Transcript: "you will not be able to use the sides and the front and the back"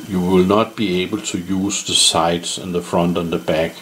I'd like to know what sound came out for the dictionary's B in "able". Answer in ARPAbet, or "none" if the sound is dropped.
B